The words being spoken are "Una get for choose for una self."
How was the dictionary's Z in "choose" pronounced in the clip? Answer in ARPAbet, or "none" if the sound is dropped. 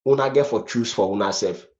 S